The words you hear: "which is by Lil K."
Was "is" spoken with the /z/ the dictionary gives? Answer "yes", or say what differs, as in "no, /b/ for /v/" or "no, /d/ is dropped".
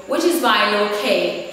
yes